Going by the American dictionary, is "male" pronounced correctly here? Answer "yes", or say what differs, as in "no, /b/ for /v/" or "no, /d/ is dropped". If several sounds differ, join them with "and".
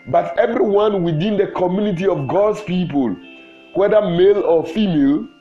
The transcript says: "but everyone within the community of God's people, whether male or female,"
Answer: yes